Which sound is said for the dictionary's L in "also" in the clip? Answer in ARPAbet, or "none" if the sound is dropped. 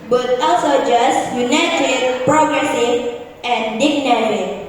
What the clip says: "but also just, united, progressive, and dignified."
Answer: none